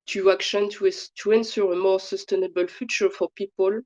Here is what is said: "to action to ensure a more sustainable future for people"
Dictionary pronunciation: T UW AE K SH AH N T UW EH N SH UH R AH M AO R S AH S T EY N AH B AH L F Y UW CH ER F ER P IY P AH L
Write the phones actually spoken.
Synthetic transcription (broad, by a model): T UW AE K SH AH N T UW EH N S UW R AH M AO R S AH S T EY N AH B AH L F Y UW CH ER F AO P IY P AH L